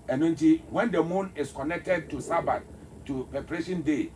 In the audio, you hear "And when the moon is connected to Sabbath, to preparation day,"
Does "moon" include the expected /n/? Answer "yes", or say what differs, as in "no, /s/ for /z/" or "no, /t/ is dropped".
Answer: yes